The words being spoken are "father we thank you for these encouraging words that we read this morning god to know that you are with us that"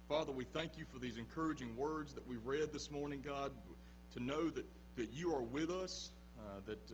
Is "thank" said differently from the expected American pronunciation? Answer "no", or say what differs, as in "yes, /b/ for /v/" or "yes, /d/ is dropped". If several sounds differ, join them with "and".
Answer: no